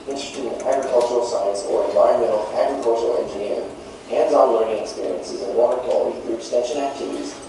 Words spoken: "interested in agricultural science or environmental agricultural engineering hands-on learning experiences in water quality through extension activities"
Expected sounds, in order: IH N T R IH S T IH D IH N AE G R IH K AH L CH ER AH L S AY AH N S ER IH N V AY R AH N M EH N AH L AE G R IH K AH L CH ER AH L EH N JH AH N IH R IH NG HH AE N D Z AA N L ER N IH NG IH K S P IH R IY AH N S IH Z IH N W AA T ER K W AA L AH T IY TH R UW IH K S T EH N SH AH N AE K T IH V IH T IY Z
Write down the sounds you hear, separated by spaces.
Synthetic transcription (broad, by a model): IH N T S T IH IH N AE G R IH K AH L CH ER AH L S AY AH N S ER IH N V AY AH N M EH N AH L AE G R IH K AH L CH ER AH L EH N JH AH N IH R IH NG HH AE N D Z AA N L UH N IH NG IH K S P IH R IY AH N S IH Z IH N W AA T ER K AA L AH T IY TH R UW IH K S T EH N SH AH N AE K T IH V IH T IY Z